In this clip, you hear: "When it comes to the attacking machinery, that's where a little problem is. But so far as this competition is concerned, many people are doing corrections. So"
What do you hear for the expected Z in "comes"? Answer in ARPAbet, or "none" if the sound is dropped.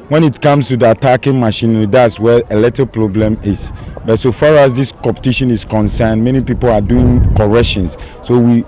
S